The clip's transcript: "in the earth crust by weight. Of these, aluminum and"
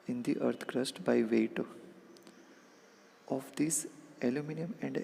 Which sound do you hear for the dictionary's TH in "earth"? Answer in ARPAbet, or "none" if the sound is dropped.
T